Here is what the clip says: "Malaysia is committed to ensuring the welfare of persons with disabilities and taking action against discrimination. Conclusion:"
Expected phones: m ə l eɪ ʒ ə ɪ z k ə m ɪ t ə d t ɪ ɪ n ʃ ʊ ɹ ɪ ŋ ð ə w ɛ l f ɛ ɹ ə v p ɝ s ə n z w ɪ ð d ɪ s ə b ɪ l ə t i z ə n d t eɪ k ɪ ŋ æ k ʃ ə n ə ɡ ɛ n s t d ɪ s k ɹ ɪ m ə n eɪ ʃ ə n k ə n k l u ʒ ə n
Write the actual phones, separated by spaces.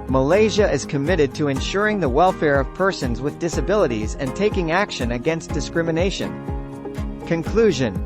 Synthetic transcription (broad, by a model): m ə l eɪ ʒ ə ɪ z k ə m ɪ t ə d t ɪ ɪ n ʃ ʊ ɹ ɪ ŋ ð ə w ɛ l f ɛ ɹ ə v p ɝ s ə n z w ɪ ð d ɪ s ə b ɪ l ə t i z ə n t eɪ k ɪ ŋ æ k ʃ ə n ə ɡ ɛ n s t d ɪ s k ɹ ɪ m ə n eɪ ʃ ə n k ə n k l u ʒ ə n